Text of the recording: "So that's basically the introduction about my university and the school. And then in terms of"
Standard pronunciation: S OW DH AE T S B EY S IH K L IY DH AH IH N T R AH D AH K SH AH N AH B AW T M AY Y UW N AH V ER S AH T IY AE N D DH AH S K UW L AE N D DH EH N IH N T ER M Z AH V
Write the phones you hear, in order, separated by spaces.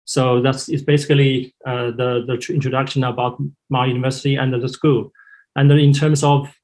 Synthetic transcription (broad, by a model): S OW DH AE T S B EY S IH K L IY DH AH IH N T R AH D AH K SH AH N AH B AW T M AY Y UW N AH V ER S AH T IY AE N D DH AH S K UW L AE N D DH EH IH N T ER M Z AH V